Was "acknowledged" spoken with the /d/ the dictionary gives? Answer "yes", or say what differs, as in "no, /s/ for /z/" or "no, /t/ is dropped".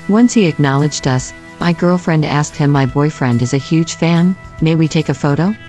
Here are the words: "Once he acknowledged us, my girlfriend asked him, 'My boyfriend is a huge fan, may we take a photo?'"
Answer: yes